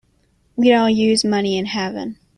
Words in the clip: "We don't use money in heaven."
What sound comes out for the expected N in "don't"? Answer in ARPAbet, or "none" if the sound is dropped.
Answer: L